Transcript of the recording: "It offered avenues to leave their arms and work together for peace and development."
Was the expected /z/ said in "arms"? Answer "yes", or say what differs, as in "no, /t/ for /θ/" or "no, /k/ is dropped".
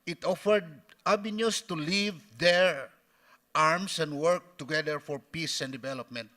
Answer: no, /s/ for /z/